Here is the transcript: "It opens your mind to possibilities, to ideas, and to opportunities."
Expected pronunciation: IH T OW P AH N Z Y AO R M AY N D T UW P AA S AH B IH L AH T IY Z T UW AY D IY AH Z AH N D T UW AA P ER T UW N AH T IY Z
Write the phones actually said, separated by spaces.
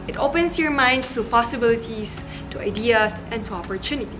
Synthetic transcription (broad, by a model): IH T OW P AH N S Y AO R M AY N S T UW P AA S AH B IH L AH T IY S T UW AY D IY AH S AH N T UW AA P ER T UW N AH T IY